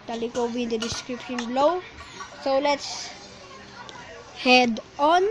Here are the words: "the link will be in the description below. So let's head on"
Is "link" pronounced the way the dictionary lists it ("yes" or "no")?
no